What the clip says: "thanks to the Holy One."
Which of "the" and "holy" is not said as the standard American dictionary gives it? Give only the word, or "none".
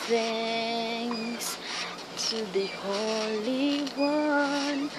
none